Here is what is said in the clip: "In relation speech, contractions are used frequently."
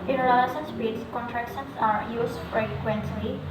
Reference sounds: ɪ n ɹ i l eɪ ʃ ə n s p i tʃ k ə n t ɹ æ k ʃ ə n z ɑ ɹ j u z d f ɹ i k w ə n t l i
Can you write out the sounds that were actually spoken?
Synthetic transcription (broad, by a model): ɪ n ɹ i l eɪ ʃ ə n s b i s k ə n t ɹ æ k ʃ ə n s ɑ ɹ j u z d f ɹ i k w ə n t l i